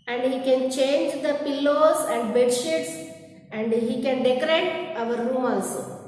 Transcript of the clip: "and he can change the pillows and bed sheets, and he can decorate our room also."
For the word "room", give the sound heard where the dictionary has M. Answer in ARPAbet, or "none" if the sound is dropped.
M